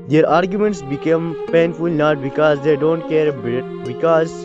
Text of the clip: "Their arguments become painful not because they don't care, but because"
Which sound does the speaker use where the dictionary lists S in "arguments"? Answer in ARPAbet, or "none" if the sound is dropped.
S